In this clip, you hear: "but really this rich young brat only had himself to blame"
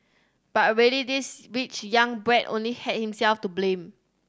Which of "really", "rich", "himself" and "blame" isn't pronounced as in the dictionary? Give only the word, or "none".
rich